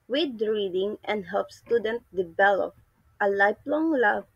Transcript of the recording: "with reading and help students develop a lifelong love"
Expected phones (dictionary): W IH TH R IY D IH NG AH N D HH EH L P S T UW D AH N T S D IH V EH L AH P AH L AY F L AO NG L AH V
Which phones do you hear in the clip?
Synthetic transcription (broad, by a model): W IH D R IY D IH NG AH N D HH EH L P S T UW D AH N T D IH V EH L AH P AH L AY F L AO NG L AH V